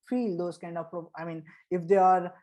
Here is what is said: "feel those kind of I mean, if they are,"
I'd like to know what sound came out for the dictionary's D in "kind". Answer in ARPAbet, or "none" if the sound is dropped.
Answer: D